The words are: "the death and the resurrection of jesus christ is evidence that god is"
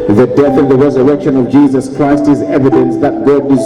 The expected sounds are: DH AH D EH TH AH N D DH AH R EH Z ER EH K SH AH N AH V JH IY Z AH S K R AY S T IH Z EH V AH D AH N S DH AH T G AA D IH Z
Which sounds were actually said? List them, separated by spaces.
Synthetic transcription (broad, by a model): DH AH D EH TH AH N DH AH R EH Z ER EH K SH AH N AH V JH IY Z AH S K R AY S T IH Z EH V AH D AH N S DH AH T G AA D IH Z